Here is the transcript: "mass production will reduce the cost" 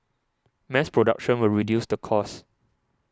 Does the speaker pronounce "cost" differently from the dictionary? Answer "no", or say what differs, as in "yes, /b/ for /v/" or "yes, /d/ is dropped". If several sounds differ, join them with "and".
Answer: yes, /t/ is dropped